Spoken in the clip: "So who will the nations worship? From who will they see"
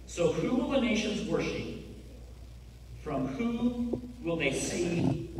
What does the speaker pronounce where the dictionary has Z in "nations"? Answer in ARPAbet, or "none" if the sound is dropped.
Z